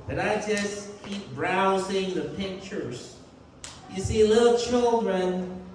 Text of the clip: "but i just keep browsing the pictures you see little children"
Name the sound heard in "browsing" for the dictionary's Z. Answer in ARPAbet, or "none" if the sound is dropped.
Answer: Z